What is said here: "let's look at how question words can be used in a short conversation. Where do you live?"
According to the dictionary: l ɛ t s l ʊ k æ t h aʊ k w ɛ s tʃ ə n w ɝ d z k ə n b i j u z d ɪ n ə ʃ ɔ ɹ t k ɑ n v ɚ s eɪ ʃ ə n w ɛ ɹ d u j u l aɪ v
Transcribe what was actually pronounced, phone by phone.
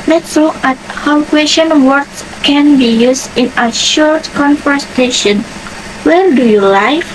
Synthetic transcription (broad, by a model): l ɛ t s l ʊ k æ t h aʊ k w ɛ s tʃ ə n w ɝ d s k ə n b i j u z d ɪ n ə ʃ ɔ ɹ t k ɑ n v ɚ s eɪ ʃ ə n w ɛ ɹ d u j u l aɪ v